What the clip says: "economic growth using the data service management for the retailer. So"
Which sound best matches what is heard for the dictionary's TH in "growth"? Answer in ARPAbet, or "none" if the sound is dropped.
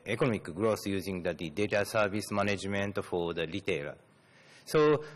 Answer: S